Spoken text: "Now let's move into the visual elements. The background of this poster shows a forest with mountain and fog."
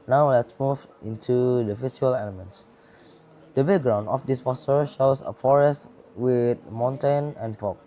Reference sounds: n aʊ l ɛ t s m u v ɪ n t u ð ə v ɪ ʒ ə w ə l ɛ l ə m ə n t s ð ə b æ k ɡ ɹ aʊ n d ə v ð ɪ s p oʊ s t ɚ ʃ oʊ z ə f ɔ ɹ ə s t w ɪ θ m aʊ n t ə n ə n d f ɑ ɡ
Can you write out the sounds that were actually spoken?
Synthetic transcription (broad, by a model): n aʊ l ɛ t s m u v ɪ n t u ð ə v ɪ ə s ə l ɛ l ə m ə n t s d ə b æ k ɡ ɹ aʊ n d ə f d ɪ s f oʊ s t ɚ ʃ oʊ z ə f ɔ ɹ ə s t w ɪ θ m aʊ n t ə n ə n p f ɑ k